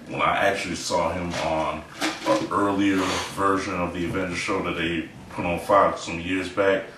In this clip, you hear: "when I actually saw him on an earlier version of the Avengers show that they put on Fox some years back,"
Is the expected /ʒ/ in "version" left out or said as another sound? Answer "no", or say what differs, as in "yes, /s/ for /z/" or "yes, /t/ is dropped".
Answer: no